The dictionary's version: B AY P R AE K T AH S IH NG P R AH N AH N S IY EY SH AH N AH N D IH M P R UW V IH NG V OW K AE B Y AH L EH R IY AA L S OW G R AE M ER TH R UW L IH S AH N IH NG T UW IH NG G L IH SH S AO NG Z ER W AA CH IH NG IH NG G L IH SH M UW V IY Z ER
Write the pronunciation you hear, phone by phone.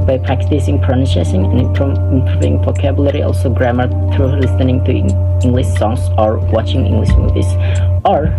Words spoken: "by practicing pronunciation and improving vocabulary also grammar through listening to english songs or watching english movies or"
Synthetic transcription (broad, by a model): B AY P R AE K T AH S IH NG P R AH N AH S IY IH S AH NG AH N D IH M P R UW V IH NG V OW K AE B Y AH L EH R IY AA L S OW G R AE M ER TH R UW L IH S AH N IH NG T UW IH NG G L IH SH S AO NG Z ER W AA CH IH NG IH NG G L IH SH M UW V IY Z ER